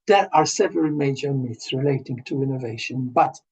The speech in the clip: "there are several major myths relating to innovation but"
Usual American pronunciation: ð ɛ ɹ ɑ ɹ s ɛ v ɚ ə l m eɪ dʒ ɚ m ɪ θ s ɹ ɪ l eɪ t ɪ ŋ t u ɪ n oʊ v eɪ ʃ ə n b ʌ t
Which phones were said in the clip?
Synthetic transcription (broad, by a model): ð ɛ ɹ ɑ ɹ s ɛ v ɚ ə l m eɪ dʒ ɚ m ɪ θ s ɹ ɪ l eɪ t ɪ ŋ t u ɪ n oʊ v eɪ ʃ ə n b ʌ t